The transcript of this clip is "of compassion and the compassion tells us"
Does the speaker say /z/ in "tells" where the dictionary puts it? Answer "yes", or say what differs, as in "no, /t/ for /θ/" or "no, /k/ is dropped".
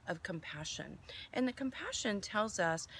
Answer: yes